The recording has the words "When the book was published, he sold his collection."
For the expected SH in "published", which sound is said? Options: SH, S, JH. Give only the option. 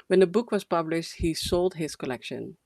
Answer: SH